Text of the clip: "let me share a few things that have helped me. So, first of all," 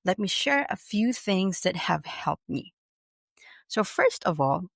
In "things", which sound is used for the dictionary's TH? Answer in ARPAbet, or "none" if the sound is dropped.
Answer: TH